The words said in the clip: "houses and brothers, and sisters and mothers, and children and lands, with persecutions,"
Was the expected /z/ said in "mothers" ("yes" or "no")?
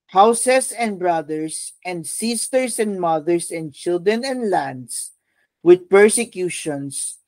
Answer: no